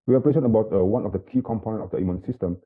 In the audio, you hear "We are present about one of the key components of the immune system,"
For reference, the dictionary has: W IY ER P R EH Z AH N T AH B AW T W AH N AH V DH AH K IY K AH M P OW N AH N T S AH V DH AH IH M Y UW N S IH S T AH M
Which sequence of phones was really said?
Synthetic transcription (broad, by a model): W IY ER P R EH S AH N AH B AW T W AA N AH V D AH K IY K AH M P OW N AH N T AH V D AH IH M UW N S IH S T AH M